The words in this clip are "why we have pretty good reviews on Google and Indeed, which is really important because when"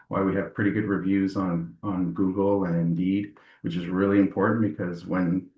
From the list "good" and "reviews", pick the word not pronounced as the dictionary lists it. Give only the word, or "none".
none